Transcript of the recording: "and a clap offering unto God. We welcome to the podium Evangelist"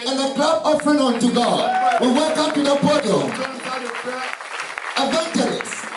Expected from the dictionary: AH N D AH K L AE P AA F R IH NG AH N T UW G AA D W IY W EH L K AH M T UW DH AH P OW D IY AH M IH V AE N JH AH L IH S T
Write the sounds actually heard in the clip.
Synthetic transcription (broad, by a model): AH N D AH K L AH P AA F R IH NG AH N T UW G AA D W IY W EH L K AH M T UW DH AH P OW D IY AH IH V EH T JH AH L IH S